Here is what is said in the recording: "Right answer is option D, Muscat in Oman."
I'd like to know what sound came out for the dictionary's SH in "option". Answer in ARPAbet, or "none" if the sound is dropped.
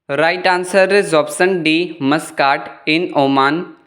S